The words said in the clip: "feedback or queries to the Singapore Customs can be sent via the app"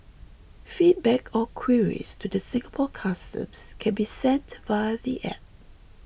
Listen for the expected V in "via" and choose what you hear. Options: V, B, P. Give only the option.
B